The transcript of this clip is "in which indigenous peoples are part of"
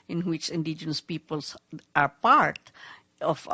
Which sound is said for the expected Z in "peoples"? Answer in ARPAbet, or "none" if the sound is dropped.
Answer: S